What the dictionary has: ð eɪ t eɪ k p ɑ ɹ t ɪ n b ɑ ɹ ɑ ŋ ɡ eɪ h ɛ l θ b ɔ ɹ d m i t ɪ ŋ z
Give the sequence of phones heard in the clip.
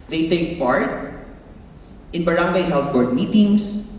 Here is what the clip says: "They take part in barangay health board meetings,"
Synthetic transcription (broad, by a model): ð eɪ t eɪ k p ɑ ɹ t ɪ n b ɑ ɹ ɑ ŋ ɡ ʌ h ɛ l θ b ɔ ɹ d m i t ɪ ŋ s